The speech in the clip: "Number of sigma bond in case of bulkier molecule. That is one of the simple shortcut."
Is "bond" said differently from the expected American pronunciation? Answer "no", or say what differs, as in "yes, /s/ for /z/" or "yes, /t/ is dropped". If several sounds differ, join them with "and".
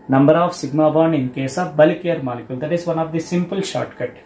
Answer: yes, /d/ is dropped